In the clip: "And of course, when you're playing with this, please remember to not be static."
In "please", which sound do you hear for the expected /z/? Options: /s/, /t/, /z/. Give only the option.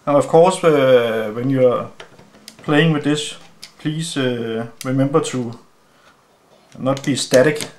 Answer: /s/